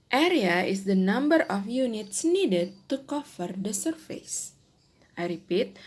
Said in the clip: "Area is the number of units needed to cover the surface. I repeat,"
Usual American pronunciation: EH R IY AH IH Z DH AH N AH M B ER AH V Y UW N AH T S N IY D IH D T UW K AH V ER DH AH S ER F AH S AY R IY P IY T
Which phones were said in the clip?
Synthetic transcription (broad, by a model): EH R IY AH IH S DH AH N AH M B ER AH F Y UW N AH T S N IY D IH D T UW K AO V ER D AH S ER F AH S AY R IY P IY T